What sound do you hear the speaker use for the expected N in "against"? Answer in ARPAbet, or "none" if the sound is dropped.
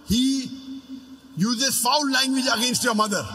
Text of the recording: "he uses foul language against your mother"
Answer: N